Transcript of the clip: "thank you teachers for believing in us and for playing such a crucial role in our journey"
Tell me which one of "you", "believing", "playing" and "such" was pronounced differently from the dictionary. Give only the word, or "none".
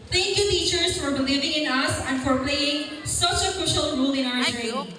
playing